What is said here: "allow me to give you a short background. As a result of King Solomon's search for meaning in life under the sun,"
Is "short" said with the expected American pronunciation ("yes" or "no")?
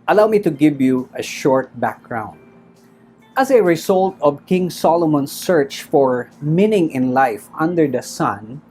yes